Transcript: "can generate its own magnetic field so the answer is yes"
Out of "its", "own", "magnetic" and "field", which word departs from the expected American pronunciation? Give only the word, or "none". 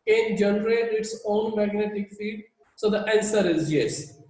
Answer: field